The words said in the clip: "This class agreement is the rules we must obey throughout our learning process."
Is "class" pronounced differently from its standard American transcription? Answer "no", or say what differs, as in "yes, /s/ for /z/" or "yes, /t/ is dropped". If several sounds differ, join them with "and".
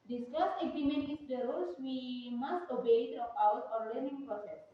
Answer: yes, /l/ is dropped